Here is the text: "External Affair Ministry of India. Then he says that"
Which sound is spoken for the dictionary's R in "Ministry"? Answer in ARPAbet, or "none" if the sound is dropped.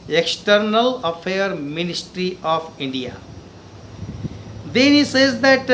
R